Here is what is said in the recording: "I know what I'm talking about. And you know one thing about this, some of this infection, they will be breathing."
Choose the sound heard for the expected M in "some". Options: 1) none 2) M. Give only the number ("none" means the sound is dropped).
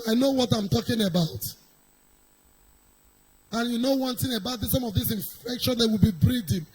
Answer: 2